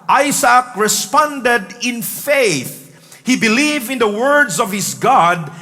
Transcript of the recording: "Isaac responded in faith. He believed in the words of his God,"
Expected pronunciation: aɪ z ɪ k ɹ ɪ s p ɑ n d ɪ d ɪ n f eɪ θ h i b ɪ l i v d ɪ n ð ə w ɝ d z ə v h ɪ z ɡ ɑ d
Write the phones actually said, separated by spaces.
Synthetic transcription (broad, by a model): aɪ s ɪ k ɹ ɪ s p ɑ n d ɪ d ɪ n f eɪ θ h i b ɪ l i v ɪ n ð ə w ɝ d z ə v h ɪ s ɡ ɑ d